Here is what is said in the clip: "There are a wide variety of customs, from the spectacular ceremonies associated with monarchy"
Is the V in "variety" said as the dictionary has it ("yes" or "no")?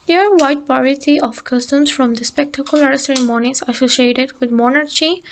no